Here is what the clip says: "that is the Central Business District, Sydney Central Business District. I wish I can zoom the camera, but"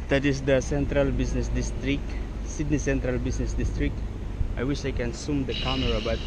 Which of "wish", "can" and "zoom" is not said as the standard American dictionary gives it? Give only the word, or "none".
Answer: zoom